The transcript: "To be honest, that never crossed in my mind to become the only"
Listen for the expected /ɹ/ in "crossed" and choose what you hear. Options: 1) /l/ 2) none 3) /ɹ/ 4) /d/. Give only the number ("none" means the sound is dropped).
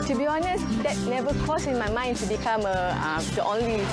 2